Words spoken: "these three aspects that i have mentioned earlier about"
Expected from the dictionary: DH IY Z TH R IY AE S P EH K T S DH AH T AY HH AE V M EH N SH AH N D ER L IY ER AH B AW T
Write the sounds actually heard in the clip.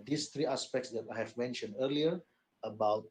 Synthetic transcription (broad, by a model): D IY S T R IY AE S P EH K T S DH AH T AY HH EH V M EH N SH AH N D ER L IY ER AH B AW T